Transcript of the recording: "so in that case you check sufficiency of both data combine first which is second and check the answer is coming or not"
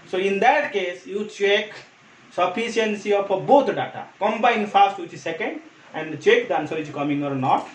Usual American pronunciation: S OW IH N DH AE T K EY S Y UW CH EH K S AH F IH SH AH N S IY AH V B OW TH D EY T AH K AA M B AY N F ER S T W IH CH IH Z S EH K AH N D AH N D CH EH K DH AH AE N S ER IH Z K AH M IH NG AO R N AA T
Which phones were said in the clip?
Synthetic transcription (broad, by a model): S OW IH N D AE T K EY S Y UW CH EH K S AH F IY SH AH N S IY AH P B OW T D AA T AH K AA M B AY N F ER S T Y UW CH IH S EH K AH N D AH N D CH EH K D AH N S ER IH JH K AH M IH NG AO R N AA T